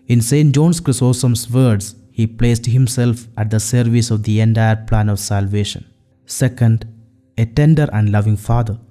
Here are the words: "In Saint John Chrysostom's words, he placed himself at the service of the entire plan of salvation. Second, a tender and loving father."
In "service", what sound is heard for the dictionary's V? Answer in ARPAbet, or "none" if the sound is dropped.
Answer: V